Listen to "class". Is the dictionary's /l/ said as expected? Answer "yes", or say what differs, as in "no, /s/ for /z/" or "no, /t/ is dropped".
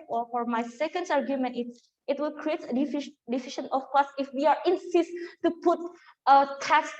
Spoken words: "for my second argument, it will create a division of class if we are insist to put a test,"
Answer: no, /l/ is dropped